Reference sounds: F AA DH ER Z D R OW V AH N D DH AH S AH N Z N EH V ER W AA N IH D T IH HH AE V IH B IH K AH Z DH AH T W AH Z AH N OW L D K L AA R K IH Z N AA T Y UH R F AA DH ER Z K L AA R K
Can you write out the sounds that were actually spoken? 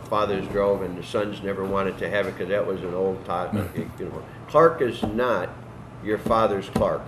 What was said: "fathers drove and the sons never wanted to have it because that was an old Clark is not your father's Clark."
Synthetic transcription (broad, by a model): F AA DH ER Z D R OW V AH N DH AH S AH N Z N EH V ER W AA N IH D T IH HH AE V IH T K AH Z DH AH T W AH Z AH N OW L D K L AA R K IH Z N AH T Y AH R F AA DH ER Z K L AA R K